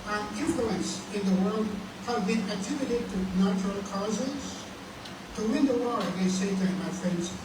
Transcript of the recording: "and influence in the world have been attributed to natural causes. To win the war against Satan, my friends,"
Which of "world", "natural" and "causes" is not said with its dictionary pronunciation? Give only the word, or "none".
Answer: none